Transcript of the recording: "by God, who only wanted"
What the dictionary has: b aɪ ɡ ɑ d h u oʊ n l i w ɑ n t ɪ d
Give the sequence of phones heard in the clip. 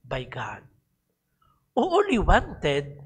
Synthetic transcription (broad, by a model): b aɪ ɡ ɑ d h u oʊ l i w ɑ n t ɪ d